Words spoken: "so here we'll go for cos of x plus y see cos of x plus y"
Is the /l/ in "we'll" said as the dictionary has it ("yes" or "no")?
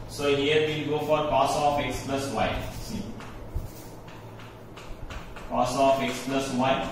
no